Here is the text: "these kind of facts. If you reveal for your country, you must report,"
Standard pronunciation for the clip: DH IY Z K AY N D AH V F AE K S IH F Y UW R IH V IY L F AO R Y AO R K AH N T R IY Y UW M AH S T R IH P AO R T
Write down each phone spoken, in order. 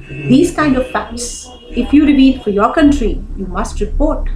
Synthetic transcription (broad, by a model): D IY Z K AY N D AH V P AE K S IH F Y UW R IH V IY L F AO R Y AO R K AH N T R IY Y UW M AH S T R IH P AO R T